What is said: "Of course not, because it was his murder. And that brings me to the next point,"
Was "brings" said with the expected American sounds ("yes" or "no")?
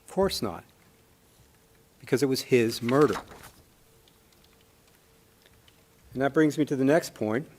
yes